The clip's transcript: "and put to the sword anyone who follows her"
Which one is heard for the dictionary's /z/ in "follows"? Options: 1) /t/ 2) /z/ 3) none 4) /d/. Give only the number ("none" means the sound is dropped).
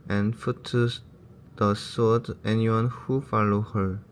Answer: 3